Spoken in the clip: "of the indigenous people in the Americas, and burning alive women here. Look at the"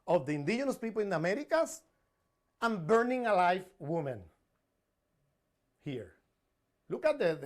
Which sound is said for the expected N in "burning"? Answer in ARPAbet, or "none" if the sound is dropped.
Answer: N